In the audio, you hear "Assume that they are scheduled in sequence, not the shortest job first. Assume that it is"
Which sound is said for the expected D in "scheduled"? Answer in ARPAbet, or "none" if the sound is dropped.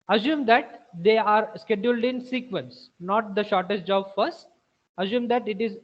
D